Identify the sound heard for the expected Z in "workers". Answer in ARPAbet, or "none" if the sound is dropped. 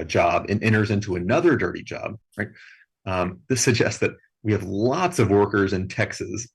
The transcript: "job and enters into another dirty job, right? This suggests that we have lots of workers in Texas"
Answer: Z